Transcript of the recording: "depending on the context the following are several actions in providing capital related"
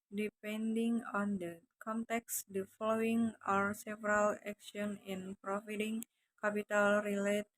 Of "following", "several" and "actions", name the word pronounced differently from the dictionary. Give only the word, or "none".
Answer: actions